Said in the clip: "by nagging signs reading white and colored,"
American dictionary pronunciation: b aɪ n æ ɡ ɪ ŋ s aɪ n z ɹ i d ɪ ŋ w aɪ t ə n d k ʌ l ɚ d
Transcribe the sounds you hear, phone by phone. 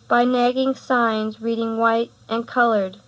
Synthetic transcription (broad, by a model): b aɪ n æ ɡ ɪ ŋ s aɪ n z ɹ i d ɪ ŋ w aɪ t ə n k ʌ l ɚ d